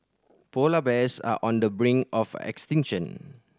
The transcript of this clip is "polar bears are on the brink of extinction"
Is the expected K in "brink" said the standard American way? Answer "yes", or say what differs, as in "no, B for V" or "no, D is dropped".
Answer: no, K is dropped